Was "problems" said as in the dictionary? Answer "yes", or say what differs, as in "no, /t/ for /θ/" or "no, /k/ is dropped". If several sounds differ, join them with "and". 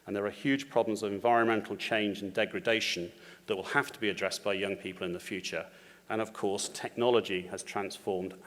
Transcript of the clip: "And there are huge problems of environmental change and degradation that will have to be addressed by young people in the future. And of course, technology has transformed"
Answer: yes